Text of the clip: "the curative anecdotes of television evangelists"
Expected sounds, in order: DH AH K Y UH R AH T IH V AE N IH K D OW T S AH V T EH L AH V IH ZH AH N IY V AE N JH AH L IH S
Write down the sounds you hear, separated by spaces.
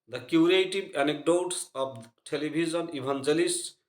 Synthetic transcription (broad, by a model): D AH K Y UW R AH T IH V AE N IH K D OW T S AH B T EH L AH B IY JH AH N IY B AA N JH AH L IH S